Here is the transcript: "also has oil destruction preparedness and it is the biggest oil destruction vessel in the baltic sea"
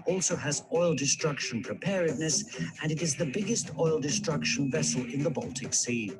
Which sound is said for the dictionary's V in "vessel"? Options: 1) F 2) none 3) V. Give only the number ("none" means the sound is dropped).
3